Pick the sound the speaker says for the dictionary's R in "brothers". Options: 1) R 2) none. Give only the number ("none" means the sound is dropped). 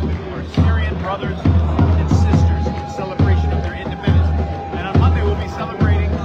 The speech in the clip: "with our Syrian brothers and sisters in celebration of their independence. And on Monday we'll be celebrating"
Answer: 1